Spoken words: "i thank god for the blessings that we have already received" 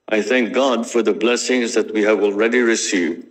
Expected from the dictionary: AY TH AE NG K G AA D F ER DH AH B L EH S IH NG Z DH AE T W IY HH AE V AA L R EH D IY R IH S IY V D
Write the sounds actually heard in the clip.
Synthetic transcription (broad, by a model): AY TH AE NG K G AA D F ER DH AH B L EH S IH NG Z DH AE T W IY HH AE V AA L R EH D IY R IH S IY V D